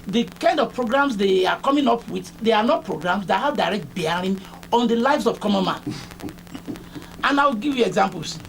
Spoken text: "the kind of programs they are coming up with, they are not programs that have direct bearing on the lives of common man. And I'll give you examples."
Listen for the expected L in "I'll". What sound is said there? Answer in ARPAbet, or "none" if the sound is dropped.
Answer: W